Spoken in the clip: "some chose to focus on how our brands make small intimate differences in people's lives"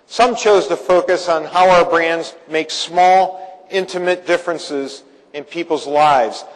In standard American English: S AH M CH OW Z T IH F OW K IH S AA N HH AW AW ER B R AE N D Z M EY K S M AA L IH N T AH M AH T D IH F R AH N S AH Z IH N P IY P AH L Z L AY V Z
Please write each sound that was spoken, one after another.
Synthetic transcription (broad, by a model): S AH M CH OW Z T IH F OW K IH S N HH AW AW ER B R AE N D Z M EY K S M AA L IH N T AH M AH T D IH F R AH N S AH Z IH N P IY P L Z L AY V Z